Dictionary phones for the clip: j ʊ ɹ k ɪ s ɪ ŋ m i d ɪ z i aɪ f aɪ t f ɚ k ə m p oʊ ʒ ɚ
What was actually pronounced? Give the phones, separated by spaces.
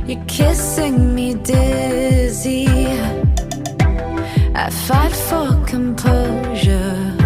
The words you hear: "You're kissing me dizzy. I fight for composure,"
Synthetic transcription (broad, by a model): j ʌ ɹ k ɪ s ɪ ŋ m i d ɪ z i aɪ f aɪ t f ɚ k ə m p oʊ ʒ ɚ